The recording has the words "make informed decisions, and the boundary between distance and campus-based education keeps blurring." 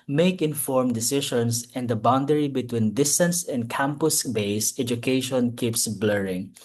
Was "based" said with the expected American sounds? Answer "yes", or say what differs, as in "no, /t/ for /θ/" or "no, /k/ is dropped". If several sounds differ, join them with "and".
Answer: no, /t/ is dropped